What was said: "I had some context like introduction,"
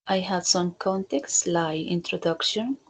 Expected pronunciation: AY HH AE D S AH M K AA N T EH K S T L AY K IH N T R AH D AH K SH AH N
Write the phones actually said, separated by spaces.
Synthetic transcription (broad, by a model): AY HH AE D S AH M K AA N T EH K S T L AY IH N T R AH D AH K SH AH N